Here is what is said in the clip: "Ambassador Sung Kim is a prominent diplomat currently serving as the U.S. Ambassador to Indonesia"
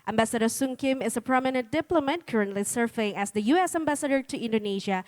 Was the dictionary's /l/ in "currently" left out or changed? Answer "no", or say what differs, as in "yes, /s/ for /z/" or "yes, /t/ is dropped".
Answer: no